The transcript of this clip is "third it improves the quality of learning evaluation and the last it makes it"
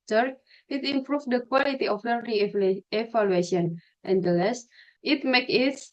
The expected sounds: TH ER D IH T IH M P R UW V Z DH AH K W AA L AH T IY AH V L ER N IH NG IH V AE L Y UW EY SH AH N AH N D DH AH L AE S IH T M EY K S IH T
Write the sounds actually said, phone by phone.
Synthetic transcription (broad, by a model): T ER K IH T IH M P R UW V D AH K W AA L AH T IY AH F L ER IH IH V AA L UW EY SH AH N AH N D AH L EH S IH T M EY K IH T